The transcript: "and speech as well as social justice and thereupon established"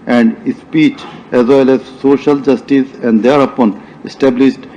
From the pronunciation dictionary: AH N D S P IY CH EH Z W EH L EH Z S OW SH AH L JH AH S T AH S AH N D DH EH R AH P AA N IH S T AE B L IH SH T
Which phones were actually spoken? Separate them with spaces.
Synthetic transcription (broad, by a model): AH N D S P IY CH EH Z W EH L EH Z S OW SH AH L JH AH S T AH S AH N D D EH R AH P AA N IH S T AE B L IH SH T